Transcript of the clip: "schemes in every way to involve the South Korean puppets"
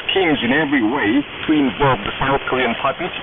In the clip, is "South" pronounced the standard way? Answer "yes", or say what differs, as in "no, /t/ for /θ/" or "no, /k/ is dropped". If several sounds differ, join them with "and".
yes